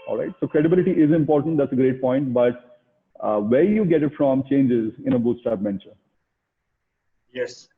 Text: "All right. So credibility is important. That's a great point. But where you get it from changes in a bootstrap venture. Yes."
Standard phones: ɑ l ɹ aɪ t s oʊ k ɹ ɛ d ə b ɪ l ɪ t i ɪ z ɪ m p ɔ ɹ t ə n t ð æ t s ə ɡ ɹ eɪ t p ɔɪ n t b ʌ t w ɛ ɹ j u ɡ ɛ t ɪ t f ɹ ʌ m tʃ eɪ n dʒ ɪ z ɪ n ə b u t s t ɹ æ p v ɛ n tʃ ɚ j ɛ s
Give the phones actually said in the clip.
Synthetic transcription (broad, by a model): ɑ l ɹ aɪ t s oʊ k ɹ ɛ d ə b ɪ l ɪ t i ɪ z ɪ m p ɔ ɹ t ə n t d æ t s ə ɡ ɹ eɪ t p ɔɪ n t b ʌ t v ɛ ɹ j u ɡ ɛ t ɪ t f ɹ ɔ m tʃ eɪ n dʒ ɪ z ɪ n ə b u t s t æ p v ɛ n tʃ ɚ j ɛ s